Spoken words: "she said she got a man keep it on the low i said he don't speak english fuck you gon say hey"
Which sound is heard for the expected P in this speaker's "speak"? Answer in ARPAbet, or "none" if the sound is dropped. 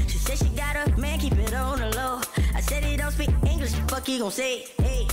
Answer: B